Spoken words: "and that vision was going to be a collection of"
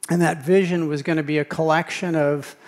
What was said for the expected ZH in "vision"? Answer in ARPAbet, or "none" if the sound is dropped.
ZH